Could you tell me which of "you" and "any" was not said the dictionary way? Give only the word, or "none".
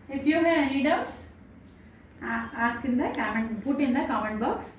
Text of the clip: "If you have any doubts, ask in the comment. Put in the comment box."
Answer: any